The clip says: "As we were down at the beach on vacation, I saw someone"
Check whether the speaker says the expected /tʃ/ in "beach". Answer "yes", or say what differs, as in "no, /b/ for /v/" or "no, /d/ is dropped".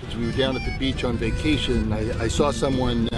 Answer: yes